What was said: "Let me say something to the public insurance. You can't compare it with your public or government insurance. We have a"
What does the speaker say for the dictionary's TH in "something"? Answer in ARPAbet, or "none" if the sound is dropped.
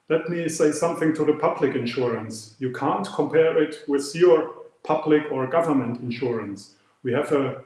TH